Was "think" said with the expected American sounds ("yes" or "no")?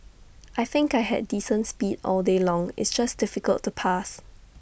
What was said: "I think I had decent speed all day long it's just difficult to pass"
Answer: yes